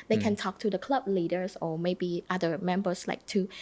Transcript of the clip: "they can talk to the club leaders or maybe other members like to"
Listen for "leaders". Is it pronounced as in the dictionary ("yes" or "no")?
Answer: no